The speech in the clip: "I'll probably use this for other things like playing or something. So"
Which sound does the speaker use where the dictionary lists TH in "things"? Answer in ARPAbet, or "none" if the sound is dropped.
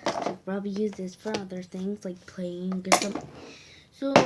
TH